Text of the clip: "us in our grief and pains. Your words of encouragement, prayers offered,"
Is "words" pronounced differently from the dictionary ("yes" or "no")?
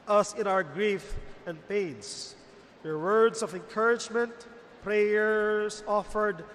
yes